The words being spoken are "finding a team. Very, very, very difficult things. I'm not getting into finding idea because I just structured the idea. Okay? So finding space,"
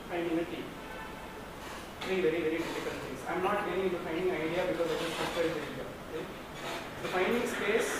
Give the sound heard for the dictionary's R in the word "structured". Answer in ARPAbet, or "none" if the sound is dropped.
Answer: none